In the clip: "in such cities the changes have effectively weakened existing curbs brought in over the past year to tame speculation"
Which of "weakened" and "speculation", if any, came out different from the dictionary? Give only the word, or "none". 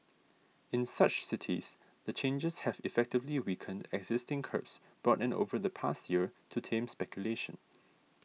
none